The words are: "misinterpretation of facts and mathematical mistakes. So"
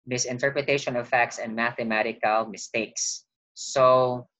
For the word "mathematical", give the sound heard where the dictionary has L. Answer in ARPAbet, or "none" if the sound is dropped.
L